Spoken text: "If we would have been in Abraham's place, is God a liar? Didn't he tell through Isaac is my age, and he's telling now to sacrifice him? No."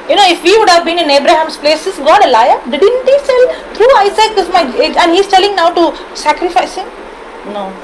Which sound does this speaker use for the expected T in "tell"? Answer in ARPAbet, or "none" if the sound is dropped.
S